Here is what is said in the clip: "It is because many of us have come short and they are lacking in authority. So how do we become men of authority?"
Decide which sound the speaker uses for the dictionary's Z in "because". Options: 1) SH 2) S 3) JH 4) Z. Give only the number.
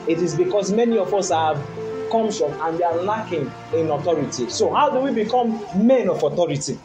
2